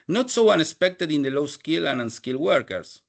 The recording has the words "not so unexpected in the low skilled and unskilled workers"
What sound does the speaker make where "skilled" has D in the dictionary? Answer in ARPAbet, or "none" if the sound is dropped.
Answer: none